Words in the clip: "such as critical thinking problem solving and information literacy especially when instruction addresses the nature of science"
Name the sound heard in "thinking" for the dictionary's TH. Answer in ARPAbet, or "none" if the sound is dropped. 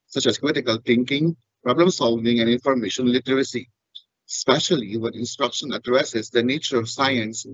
T